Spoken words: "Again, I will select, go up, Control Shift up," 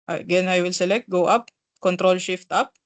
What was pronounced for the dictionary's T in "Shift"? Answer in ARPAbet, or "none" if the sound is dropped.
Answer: T